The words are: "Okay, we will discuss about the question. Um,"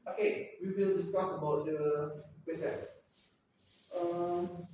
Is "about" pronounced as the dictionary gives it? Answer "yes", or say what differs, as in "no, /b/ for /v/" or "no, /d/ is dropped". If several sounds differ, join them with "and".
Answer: yes